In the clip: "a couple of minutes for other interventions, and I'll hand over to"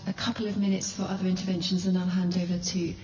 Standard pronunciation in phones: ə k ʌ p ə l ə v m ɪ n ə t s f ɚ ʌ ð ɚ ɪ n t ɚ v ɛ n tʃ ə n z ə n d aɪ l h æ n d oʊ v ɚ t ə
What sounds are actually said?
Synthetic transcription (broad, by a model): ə k ʌ p ə l ə v m ɪ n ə t s f ɚ ʌ ð ɚ ɪ n t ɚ v ɛ n ʃ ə n z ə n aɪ h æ n d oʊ v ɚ t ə